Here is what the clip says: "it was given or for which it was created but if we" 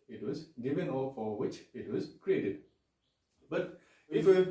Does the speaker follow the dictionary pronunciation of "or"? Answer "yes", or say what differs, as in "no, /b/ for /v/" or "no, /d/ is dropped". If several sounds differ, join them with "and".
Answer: no, /l/ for /ɹ/